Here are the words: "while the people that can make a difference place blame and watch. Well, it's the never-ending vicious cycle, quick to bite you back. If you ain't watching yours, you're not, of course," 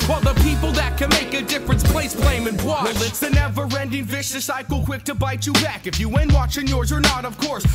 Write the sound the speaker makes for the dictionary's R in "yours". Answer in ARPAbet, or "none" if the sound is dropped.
R